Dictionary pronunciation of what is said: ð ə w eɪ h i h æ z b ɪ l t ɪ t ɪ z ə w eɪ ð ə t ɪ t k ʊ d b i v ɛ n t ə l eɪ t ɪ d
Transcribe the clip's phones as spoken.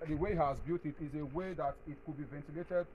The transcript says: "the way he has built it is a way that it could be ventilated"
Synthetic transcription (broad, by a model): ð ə w eɪ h h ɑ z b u t ɪ t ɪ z ə w eɪ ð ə t ɪ t k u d b i v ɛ n t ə l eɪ t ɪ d